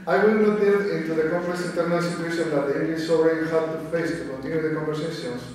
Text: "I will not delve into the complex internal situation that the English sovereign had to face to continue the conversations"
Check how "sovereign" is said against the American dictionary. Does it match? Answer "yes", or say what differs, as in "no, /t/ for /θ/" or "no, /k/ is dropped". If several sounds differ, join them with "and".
no, /v/ is dropped